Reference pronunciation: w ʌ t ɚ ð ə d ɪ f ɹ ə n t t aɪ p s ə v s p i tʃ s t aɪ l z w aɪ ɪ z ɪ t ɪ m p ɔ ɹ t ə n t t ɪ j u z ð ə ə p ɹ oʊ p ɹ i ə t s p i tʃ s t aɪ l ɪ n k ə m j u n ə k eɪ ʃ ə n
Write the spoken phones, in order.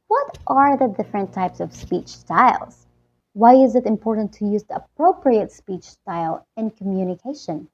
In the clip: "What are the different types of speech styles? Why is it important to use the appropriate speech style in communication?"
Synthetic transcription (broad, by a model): w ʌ t ɚ ð ə d ɪ f ɹ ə n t t aɪ p s ə v s p i tʃ s t aɪ l z w aɪ ɪ z ɪ t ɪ m p ɔ ɹ t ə n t t ɪ j u z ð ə ə p ɹ oʊ p ɹ i ə t s p i tʃ s t aɪ l ɪ n k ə m j u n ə k eɪ ʃ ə n